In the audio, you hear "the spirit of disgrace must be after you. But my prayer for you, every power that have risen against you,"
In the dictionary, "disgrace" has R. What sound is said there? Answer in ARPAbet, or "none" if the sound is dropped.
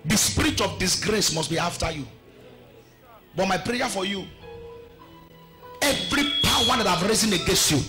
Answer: R